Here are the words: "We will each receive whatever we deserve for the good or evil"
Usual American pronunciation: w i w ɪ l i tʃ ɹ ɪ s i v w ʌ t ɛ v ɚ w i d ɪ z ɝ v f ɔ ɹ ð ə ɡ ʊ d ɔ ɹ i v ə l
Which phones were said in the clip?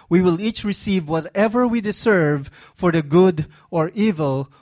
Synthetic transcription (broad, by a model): w i w ɪ l i tʃ ɹ ɪ s i v w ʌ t ɛ v ɚ w i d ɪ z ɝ v f ɔ ɹ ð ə ɡ ʊ d ɔ ɹ i v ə l